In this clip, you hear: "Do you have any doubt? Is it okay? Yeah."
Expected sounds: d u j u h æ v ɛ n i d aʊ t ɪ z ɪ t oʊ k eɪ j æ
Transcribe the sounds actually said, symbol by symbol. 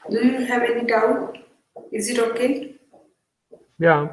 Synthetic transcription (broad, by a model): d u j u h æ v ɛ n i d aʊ ɪ z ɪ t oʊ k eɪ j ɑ